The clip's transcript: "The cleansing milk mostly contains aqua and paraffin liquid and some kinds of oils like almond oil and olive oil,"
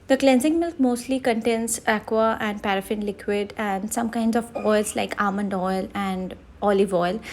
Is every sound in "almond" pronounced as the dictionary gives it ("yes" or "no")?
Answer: yes